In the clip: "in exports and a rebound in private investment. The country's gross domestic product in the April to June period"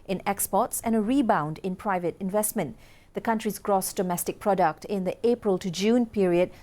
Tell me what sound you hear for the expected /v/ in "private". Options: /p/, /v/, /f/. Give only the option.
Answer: /v/